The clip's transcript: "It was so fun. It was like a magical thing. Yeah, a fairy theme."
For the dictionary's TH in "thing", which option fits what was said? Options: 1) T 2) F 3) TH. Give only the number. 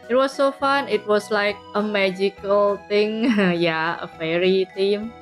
1